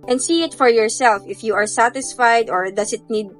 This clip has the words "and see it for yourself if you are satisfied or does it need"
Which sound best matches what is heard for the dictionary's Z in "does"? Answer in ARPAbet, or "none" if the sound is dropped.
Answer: S